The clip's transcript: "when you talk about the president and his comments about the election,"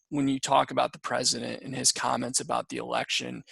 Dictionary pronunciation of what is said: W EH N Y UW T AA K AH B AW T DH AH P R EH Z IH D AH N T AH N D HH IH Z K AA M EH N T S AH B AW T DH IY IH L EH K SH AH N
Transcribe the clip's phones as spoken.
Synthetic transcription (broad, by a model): W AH N Y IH T AA K AH B AW T DH AH P R EH Z IH D AH N T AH N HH IH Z K AA M EH N T S AH B AW T DH IY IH L EH K SH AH N